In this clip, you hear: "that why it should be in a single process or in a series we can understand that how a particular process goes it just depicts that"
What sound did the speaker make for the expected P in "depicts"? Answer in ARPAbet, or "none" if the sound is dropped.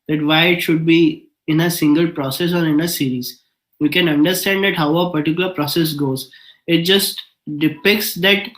P